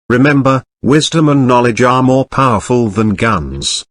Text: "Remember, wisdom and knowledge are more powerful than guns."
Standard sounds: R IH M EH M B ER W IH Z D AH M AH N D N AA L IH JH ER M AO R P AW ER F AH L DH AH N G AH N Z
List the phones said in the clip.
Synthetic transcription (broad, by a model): R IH M EH M B ER W IH Z D AH M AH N N AA L IH JH ER M AO R P AW ER F AH L DH AH N G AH N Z